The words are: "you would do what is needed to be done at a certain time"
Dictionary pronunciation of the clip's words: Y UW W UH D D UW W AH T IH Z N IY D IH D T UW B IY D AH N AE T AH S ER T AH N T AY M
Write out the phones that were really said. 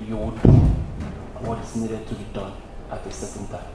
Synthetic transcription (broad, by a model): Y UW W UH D D UW W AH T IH S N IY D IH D T UW B IY D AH N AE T AH S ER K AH N T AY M